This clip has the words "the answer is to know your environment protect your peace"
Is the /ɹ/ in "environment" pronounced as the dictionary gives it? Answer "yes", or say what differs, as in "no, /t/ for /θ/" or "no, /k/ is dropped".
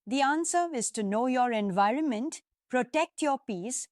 yes